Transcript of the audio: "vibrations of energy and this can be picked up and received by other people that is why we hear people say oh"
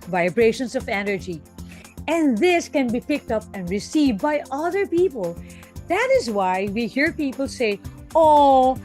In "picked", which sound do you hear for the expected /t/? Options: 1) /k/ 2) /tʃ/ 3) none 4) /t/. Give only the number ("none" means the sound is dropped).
4